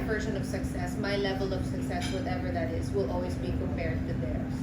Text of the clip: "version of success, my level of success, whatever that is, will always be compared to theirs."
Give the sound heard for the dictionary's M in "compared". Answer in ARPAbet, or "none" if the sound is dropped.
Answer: none